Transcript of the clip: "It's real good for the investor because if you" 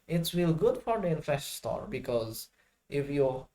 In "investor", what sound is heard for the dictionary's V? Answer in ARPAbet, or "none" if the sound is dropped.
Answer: F